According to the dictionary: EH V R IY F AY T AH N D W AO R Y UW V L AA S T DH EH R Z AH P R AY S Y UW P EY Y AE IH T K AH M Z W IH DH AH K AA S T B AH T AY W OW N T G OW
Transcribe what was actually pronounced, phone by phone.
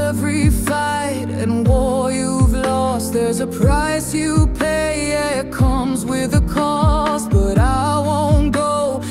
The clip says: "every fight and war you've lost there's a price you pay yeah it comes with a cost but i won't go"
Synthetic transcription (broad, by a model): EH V R IY F AY T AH N W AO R Y UW V L AA S T DH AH R Z AH P R AY S Y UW P EY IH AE IH T K AH M Z W IH DH AH K AA S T B AH T AY W OW N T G OW